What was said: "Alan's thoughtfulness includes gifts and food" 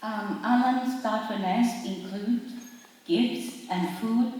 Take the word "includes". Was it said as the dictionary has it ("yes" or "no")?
no